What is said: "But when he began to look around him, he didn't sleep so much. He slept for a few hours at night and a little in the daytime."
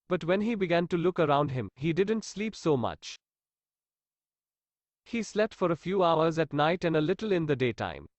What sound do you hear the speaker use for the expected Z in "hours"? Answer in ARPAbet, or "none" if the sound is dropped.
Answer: Z